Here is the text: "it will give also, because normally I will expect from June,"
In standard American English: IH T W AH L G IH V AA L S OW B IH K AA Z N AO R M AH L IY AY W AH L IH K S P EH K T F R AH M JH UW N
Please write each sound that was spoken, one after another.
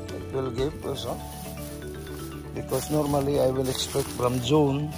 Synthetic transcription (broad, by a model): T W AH L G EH P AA S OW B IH K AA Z N AO R M AH L IY AY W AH L IH K S P EH K T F R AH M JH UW N